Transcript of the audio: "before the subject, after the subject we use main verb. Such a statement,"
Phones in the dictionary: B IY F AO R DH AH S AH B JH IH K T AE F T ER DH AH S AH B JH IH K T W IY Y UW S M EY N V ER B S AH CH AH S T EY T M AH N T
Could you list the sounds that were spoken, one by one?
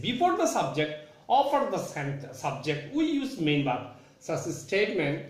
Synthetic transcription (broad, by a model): B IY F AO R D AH S AH B JH IH K T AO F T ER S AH S AH B JH IH K T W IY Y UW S M EY N B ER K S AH S AH S T EY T M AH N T